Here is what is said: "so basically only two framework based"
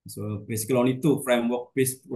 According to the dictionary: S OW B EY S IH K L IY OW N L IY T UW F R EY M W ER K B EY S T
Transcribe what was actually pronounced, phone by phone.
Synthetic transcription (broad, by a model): S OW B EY S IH K L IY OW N IY T UW F R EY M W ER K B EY S